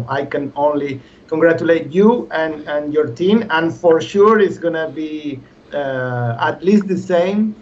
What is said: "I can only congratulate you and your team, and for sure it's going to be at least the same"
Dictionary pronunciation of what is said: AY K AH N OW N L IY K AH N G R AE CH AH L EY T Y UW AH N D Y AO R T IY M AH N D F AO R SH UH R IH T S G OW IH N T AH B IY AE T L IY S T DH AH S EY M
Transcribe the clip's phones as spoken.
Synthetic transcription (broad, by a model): AY K AH N OW N L IY K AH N G R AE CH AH L EY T Y UW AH N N Y AO R T IY M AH N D F AO R SH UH R IH T S G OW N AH B IY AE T L IY S T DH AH S EY M